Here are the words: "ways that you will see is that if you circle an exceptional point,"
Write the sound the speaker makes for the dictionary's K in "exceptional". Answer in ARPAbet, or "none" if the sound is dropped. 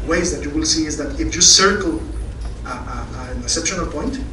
none